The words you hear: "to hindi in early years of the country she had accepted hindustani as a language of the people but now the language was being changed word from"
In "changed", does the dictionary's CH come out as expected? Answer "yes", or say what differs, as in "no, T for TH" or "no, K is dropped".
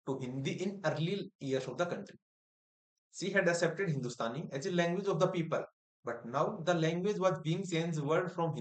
no, S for CH